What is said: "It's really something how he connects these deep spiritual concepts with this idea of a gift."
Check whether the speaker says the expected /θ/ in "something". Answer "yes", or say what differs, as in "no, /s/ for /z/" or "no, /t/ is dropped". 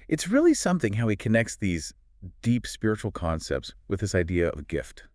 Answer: yes